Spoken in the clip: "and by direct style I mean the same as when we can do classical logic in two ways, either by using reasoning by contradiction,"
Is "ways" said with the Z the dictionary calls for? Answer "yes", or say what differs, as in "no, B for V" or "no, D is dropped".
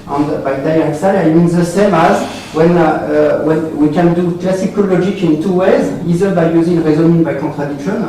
yes